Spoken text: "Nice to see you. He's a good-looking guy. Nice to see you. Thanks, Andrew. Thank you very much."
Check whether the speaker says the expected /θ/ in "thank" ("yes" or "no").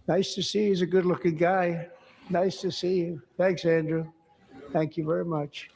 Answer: yes